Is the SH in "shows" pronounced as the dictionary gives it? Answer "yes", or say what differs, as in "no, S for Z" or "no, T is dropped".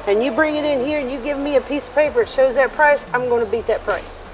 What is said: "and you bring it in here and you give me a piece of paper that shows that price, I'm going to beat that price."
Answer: yes